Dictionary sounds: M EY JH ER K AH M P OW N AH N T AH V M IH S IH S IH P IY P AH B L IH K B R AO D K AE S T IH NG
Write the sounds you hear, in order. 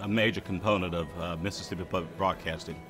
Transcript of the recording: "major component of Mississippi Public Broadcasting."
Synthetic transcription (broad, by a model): M EY JH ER K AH M P OW N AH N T AH V M IH S IH S IH P IY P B IH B R AO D K AE S T IH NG